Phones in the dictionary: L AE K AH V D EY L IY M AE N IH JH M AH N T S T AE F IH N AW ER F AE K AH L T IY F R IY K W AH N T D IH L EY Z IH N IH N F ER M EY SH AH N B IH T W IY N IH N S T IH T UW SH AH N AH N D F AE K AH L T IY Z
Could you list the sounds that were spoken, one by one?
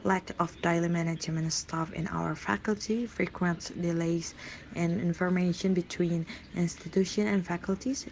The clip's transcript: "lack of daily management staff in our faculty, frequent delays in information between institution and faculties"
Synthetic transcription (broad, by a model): L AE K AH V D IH L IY M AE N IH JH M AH N S T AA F IH N AW ER F AE K AH L T IY F R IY K W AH N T D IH L EY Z IH N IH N F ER M EY SH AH N B IH T W IY N IH N S T IH T UW SH AH N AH N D F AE K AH L T IY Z